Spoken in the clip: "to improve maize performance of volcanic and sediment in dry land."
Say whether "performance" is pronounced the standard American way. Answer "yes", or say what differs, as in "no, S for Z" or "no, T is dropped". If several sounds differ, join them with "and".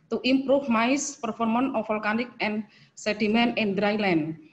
no, S is dropped